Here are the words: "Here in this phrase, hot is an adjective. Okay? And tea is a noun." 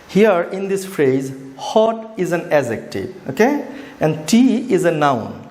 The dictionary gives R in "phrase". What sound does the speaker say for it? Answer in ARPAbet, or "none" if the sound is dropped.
R